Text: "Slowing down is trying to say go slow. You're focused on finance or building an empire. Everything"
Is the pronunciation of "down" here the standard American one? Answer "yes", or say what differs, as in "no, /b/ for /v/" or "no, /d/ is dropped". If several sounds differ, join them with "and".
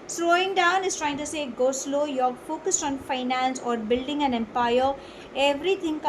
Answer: yes